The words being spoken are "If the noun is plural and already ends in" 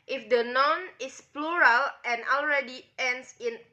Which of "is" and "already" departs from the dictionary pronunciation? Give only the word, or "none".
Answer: is